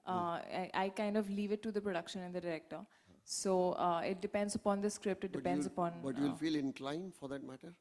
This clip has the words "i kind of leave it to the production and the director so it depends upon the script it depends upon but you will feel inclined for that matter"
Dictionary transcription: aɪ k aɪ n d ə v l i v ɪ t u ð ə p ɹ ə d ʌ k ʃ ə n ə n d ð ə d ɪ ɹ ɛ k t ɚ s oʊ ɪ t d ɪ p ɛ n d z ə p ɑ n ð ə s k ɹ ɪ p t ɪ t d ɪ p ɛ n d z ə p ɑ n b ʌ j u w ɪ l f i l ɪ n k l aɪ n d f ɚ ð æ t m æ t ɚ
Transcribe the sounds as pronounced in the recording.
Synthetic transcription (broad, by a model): aɪ k aɪ n d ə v l i v ɪ t u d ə p ɹ ə d ʌ k ʃ ə n ə n d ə d ɪ ɹ ɛ k t ɚ s oʊ ɪ t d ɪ p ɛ n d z ə p ɑ n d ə s k ɹ ɪ p t ɪ t d ɪ p ɛ n d z ə p ɑ n b ʌ j u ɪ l f i l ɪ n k l aɪ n f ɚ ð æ t m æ t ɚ